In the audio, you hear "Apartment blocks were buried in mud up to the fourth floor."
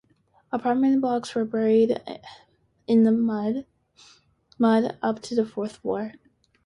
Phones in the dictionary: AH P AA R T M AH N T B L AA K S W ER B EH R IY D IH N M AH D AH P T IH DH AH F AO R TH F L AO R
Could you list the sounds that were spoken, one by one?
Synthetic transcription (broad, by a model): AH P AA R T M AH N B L AA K S W ER B EH R IY D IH N M AH D AH P T IH DH AH F AO R TH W AO R